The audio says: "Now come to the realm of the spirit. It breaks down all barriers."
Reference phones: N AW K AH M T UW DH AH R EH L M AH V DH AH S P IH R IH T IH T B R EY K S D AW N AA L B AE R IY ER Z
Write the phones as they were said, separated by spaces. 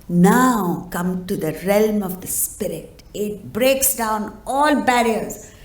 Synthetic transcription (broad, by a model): N AW K AH M T UW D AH R EH L M AH V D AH S P IH R IH T IH T B R EY K S D AW N AA L B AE R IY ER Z